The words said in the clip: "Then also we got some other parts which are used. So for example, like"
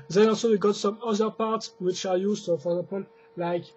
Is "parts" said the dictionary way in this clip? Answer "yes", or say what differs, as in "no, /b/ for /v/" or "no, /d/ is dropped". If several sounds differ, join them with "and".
yes